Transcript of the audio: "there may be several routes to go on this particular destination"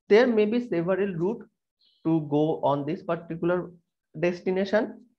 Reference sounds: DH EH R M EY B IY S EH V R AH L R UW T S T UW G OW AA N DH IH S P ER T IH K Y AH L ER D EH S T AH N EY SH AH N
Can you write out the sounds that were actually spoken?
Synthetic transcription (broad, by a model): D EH R M EY B IY S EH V R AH L R UW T T UW G OW AA N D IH S P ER T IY K Y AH L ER D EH S T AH N EY SH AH N